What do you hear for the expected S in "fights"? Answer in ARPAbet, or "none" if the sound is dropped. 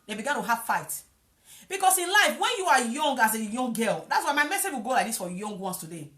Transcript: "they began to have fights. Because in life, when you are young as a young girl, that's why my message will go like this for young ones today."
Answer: none